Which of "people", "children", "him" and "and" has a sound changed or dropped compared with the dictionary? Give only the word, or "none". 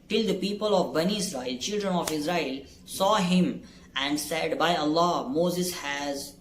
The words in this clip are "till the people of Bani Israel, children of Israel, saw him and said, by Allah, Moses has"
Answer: none